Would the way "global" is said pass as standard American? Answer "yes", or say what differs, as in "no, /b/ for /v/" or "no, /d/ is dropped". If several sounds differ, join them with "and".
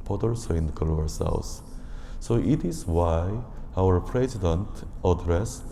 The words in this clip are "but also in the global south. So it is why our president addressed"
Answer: no, /b/ is dropped